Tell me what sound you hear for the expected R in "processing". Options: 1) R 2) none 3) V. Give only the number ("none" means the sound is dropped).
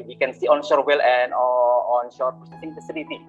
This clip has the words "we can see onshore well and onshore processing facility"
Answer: 2